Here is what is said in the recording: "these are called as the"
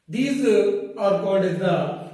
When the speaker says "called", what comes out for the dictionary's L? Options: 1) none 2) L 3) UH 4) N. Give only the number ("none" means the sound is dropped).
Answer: 1